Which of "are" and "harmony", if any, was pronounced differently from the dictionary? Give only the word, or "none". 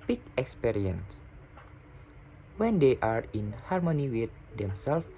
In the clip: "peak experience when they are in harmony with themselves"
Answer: none